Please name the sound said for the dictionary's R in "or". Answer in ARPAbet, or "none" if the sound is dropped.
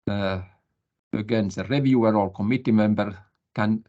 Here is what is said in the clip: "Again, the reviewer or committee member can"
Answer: L